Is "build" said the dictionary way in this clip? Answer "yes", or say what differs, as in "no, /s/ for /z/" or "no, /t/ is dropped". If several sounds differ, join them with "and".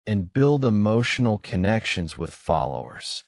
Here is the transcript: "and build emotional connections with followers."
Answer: yes